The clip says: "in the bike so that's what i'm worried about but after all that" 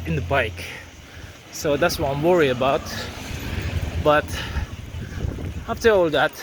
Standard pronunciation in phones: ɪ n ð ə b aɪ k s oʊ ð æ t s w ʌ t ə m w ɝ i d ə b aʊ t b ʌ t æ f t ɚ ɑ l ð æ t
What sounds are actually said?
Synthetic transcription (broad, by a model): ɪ n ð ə b aɪ k s oʊ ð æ t s w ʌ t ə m w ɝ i ə b aʊ t b ʌ t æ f t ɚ ɑ l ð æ t